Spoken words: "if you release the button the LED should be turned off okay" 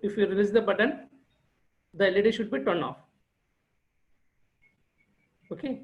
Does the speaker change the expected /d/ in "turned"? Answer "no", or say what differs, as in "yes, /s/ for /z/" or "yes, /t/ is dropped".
yes, /d/ is dropped